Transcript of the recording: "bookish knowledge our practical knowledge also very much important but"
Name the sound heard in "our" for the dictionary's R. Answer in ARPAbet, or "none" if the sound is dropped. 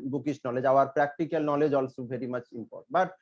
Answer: R